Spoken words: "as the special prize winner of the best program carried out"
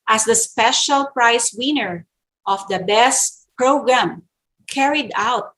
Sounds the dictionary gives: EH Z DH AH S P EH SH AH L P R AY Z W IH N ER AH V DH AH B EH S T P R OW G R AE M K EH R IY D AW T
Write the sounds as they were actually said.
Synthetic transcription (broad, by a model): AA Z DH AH S P EH SH AH L P R AY S W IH N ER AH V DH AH B EH S T P R OW G R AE M K EH R IY D AW T